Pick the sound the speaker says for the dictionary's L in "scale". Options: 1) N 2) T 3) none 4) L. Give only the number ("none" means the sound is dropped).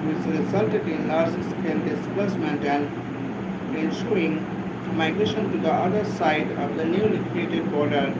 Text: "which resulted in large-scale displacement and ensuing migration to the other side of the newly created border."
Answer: 1